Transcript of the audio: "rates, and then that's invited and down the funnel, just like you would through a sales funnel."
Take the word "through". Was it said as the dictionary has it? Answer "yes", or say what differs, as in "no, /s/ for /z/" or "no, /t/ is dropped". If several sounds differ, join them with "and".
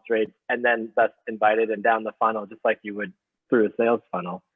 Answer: yes